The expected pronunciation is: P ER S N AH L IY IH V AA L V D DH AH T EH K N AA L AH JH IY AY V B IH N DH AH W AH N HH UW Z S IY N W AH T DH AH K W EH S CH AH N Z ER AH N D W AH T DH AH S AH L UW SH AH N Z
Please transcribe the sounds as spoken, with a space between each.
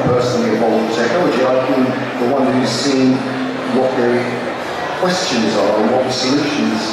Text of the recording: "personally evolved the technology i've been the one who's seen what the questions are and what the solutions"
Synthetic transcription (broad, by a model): P ER S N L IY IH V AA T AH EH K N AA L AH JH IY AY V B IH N DH AH W AH N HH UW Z S IY N W AH T DH AH K W EH S CH AH N Z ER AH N W AH T DH AH S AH L UW SH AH N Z